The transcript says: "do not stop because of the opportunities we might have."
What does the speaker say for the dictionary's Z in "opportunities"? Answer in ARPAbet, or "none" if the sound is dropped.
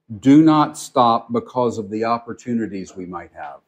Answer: Z